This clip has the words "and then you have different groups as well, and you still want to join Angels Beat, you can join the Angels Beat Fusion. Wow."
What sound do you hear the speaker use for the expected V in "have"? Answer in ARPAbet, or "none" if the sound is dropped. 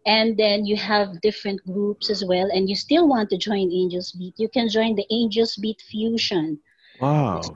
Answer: V